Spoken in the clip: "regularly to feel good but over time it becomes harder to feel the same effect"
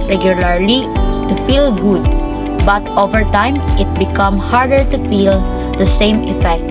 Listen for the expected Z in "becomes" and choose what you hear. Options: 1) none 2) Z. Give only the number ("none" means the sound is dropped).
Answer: 1